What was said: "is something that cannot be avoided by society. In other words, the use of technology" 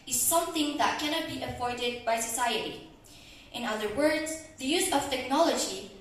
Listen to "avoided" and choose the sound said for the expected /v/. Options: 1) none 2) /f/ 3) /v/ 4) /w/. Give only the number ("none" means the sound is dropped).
2